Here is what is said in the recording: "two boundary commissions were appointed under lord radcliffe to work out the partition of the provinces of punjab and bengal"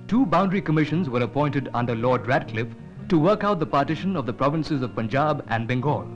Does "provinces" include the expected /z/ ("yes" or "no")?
yes